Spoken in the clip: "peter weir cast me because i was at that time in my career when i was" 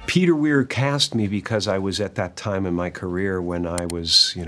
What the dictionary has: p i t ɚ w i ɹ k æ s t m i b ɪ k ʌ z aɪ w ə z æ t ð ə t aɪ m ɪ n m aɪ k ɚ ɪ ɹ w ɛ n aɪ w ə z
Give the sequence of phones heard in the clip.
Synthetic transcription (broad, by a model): p i t ɚ w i ɹ k æ s t m i b ɪ k ʌ z aɪ w ə z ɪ t ð ə t aɪ m ɪ n m aɪ k ɚ ɪ ɹ w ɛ n aɪ w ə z